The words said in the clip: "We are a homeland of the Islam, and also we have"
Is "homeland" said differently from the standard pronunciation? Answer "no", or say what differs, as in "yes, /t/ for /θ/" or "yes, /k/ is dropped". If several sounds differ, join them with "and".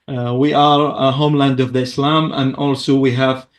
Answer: no